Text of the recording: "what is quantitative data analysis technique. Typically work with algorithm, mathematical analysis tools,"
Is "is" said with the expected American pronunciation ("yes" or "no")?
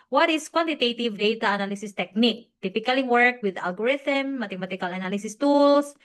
no